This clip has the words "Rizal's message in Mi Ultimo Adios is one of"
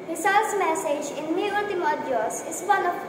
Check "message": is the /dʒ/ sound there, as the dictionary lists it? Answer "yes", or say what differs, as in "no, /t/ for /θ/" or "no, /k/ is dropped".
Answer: yes